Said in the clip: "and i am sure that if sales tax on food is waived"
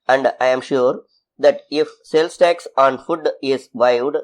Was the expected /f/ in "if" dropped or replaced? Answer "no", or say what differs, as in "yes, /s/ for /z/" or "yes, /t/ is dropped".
no